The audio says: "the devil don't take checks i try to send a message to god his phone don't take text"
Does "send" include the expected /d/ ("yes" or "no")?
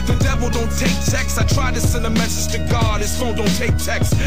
no